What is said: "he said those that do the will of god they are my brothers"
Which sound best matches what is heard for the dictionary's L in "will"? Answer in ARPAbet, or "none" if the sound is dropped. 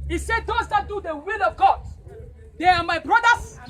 L